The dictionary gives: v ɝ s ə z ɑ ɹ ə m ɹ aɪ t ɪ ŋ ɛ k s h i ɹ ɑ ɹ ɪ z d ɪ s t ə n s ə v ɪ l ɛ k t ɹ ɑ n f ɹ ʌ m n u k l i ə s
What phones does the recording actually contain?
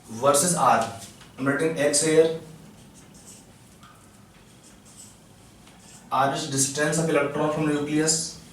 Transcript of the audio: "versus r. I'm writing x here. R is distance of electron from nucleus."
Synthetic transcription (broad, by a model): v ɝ s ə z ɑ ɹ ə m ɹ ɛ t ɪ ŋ ɛ k s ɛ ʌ ɹ ɑ ɹ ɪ s d ɪ s t ə n s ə p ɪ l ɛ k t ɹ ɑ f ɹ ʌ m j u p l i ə s